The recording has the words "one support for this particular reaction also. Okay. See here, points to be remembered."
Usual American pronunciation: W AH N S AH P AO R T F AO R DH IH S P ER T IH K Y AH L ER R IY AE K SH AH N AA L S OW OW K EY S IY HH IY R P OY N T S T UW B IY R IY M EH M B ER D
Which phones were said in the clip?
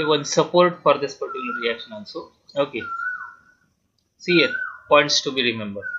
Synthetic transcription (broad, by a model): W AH N S AH P AO R T F AO R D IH S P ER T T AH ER R IY AE K SH AH N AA N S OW OW K EY S IY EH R P OY N T S T UW B IY R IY M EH M B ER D